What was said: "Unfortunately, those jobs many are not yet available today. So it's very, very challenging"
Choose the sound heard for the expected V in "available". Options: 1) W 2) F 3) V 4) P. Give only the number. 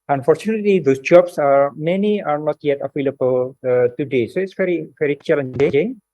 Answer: 2